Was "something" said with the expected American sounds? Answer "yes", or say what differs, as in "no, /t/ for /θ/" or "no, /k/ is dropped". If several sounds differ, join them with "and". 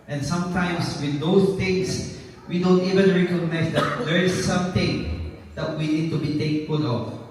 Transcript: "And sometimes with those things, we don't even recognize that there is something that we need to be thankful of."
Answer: no, /t/ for /θ/